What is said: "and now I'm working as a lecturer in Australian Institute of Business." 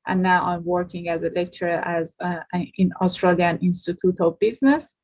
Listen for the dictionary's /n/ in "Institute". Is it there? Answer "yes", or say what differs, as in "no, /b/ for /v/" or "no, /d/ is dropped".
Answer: yes